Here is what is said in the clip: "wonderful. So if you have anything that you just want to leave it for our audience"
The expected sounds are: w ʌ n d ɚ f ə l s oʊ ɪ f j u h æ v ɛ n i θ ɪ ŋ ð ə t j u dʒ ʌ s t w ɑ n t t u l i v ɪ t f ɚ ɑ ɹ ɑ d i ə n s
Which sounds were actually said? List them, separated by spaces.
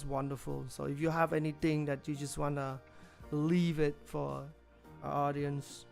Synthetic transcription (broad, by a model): w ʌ n d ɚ f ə l s oʊ ɪ f j u h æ v ɛ n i t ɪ ŋ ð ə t j u dʒ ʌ s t w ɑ n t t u l i v ɪ t f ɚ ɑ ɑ d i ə n s